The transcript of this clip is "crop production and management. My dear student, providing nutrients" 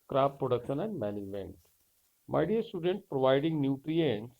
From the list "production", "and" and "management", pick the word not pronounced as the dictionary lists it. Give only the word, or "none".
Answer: management